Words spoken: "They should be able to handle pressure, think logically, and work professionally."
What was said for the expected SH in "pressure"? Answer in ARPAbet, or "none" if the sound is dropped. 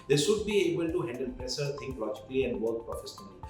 S